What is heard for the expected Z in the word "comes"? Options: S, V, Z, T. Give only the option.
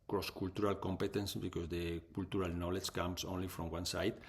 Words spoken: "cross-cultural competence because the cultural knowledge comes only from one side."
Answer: S